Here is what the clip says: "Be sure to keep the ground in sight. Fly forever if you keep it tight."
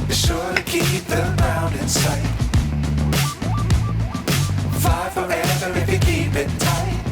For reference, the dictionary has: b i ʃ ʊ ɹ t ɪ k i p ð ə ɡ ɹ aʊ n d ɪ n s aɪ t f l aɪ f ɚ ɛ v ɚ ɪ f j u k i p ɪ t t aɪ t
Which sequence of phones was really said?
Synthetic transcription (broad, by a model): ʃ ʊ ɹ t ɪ k i p ð ə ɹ aʊ n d ɪ n s aɪ t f aɪ f ɚ ɛ v ɚ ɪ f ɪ k i p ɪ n t aɪ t